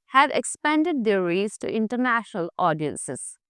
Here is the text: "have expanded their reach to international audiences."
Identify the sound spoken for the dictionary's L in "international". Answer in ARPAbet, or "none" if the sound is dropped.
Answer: L